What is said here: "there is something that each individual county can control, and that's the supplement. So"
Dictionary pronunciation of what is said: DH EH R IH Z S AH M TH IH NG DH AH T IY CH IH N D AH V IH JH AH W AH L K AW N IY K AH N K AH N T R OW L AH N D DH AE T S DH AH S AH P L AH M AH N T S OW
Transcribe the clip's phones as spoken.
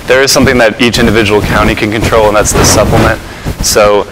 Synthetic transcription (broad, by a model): DH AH R IH Z S AH M TH IH NG DH AH T IY CH IH N D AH V IH JH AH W L K AW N IY K AH N K AH N T R OW L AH N DH AE T S DH AH S AH P L AH M AH N T S OW